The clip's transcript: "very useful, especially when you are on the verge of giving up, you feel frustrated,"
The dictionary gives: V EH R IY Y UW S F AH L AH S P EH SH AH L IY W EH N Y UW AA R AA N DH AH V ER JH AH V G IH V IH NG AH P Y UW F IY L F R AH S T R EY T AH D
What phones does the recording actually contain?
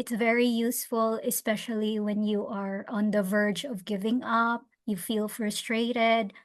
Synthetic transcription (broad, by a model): V EH R IY Y UW S F AH L AH S P EH SH AH L IY W EH N Y UW AA R AA N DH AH V ER JH AH V G IH V IH NG AH P Y UW F IY L F R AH S T R EY T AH D